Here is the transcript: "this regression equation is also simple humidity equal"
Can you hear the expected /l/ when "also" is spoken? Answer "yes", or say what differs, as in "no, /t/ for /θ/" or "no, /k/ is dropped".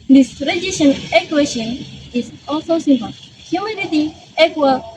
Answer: yes